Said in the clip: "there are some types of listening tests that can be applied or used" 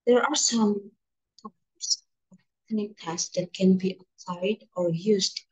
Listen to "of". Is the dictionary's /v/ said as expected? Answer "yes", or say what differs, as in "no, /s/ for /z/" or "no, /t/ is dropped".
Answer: no, /b/ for /v/